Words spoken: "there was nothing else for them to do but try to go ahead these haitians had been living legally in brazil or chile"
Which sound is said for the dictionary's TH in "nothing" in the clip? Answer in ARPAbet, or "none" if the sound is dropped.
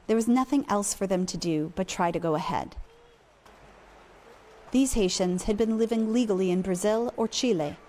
TH